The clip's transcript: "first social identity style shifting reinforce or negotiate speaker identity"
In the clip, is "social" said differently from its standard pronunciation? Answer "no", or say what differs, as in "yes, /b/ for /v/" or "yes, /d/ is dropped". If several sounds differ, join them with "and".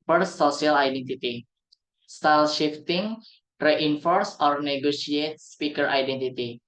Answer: yes, /ʃ/ is dropped